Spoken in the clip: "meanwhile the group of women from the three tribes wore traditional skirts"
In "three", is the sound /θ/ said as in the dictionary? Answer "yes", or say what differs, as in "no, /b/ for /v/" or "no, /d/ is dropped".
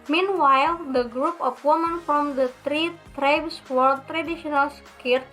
no, /t/ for /θ/